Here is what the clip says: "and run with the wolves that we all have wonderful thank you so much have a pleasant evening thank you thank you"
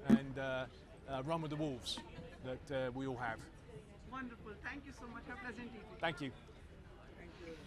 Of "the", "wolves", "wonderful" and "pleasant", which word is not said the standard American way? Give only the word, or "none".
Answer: none